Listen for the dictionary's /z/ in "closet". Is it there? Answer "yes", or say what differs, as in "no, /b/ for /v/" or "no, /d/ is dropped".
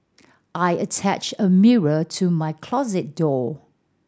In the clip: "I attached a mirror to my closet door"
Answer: yes